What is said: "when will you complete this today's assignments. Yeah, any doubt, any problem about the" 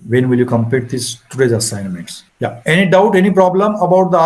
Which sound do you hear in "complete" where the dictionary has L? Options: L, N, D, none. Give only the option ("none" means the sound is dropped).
none